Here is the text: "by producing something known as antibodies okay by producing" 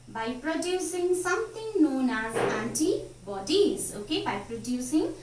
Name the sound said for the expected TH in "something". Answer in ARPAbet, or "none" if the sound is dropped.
T